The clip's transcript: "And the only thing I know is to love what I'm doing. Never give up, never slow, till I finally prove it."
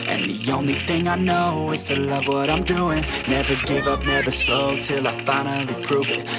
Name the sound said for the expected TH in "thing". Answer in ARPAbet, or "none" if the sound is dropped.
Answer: TH